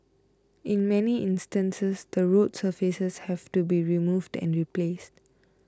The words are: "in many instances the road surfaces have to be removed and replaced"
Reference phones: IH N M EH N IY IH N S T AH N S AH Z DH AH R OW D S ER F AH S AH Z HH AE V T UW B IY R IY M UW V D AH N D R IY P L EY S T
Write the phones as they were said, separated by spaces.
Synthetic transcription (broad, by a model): IH N M EH N IY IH N S T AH N S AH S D AH R OW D S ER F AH S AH S HH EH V T UW B IY R IY M UW V D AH N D R IY P L EY S T